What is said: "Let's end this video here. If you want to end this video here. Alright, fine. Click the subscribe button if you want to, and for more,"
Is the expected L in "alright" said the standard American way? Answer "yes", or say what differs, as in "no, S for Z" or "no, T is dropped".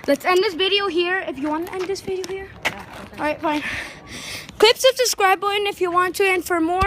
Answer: no, L is dropped